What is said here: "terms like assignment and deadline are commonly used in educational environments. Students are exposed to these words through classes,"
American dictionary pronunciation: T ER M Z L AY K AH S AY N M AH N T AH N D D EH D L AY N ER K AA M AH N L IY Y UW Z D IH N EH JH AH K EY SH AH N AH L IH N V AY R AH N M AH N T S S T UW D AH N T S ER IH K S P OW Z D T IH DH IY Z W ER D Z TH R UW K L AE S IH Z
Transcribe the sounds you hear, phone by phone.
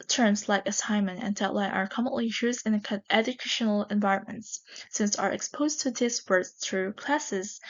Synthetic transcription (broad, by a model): T ER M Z L AY K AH S AY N M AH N AH N D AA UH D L AY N ER K AA M AH N L IY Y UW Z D IH N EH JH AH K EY SH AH N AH L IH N V AY R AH N M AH N T S S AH N S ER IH K S P OW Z T IH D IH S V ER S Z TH R UW K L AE S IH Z